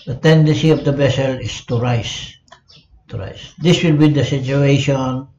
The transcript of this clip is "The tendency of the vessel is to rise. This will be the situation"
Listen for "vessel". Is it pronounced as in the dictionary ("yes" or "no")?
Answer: no